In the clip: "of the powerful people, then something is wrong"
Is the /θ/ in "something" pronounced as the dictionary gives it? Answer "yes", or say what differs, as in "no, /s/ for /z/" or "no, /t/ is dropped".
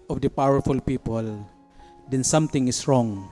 no, /t/ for /θ/